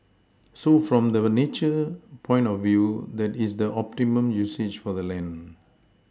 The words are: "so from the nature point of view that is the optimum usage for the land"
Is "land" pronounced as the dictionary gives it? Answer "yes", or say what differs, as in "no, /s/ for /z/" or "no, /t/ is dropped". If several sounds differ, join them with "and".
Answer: no, /d/ is dropped